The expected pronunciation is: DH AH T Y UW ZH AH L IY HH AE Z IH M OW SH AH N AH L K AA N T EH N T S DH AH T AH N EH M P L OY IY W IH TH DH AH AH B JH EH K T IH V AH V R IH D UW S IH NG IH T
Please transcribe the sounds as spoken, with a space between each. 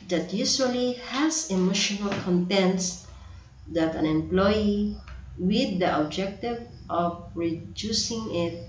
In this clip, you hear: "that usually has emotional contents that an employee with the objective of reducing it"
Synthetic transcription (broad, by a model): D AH T Y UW S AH L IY HH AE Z IH M OW SH AH N AH L K AA N T EH N T S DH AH T AH N EH M P L OY IY W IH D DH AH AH B JH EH K T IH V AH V R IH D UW S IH NG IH T